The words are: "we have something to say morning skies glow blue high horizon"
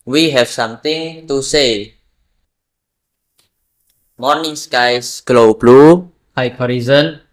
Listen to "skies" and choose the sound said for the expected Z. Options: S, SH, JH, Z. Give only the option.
S